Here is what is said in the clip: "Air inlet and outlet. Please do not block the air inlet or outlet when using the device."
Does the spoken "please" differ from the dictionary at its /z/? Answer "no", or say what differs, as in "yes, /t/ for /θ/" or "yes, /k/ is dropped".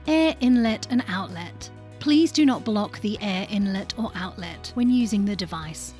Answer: no